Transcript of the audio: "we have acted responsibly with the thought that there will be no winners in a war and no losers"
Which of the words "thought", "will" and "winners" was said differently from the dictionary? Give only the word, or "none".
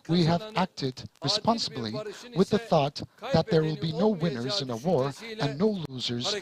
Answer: none